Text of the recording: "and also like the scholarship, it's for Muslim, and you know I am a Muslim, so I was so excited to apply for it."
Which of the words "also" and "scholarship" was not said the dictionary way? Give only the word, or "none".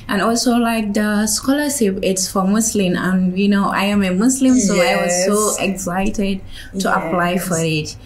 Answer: none